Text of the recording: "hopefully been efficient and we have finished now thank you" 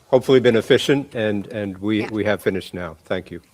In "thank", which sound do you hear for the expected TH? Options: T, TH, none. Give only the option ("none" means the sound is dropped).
TH